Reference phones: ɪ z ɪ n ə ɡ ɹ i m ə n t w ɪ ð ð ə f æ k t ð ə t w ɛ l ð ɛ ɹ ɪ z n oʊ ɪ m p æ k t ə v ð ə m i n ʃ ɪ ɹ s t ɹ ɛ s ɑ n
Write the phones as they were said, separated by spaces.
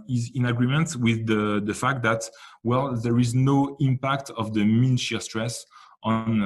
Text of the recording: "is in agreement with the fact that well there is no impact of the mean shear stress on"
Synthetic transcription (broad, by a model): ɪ z ɪ n ə ɡ ɹ i m ə n t w ɪ ð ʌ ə f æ k t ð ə t w ɛ l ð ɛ ɹ ɪ z n oʊ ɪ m p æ k t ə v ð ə m i n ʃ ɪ s t ɹ ɛ s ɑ n